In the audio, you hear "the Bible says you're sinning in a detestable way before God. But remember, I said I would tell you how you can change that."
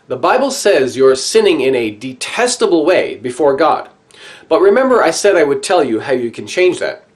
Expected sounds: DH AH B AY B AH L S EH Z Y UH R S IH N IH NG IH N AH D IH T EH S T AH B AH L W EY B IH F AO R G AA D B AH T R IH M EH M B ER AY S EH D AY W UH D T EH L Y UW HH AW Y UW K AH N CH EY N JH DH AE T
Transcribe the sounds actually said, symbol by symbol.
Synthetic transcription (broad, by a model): DH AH B AY B L S EH Z Y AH R S IH N IH NG IH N AH D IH T EH S T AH B L W EY B IH F AO R G AA D B AH T R IH M EH M B ER AY S EH D AY W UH D T EH L Y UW HH AW Y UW K AH N CH EY N JH DH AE T